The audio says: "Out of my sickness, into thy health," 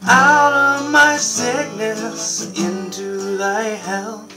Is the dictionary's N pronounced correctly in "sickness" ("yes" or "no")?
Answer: no